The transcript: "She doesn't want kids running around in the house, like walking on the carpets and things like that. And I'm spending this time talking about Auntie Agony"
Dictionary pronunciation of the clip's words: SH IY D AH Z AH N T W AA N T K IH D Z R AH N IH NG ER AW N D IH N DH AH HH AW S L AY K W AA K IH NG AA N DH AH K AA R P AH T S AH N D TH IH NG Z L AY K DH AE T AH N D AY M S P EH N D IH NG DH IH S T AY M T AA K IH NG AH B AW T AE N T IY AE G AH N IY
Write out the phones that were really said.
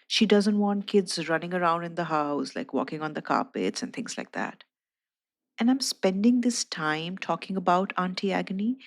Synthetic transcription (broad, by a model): SH IY D AH Z AH N T W AA N T K IH D Z R AH N IH NG ER AW N D IH N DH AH HH AW S L AY K W AA K IH NG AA N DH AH K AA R P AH T S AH N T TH IH NG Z L AY K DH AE T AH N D AY M S P EH N D IH NG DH IH S T AY M T AA K IH NG AH B AW T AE N T IY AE G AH N IY